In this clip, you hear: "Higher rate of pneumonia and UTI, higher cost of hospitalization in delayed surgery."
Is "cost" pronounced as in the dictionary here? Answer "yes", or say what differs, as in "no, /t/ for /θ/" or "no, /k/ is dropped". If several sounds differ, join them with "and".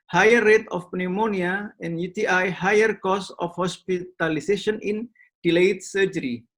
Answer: no, /t/ is dropped